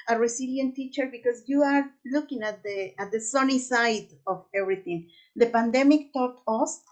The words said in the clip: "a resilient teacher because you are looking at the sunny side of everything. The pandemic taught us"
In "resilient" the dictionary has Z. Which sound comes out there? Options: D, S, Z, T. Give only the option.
S